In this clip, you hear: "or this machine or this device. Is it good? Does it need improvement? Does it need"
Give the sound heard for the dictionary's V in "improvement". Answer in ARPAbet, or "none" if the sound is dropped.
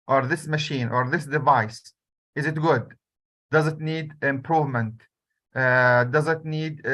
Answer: V